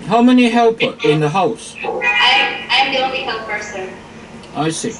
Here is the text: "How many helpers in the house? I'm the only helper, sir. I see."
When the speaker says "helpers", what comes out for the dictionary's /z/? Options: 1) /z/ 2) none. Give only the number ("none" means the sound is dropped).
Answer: 2